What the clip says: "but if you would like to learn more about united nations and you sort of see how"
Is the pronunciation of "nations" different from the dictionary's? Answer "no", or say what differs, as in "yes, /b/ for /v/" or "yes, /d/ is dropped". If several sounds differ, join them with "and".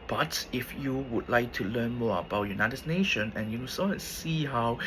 yes, /z/ is dropped